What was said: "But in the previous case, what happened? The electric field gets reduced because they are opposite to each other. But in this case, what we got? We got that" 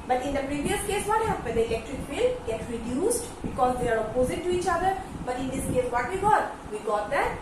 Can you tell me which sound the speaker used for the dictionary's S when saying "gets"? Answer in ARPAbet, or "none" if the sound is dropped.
none